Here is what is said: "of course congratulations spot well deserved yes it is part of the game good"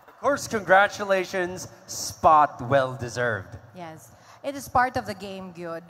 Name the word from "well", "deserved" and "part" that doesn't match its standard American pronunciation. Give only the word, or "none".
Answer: none